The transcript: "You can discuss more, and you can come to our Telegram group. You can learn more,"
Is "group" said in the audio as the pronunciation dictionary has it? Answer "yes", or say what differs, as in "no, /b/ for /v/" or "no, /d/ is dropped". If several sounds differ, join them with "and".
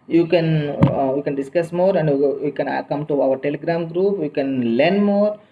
yes